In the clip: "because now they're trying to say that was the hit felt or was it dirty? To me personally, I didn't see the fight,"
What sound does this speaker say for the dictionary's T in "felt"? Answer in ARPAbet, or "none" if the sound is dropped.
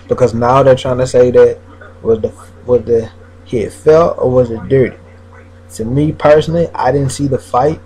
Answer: none